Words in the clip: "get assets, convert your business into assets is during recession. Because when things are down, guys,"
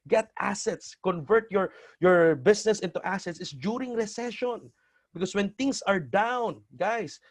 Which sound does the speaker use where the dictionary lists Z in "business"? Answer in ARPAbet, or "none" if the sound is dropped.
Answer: S